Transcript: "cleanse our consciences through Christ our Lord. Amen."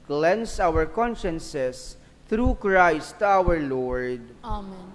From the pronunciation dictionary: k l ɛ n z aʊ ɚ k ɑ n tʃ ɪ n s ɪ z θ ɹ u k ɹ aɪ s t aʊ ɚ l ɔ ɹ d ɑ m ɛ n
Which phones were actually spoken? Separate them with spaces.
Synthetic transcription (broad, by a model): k l ɛ n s aʊ ɚ k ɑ n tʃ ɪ n s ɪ s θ ɹ u k ɹ aɪ s t aʊ ɚ l ɔ ɹ d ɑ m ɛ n